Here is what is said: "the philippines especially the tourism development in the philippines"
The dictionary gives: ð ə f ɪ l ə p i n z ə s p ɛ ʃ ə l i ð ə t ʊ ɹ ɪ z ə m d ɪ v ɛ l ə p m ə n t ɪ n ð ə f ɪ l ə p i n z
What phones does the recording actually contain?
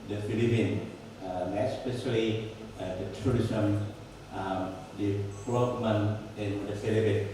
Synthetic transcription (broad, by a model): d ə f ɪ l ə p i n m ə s p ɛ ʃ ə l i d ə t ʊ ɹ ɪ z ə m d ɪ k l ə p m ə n ɪ n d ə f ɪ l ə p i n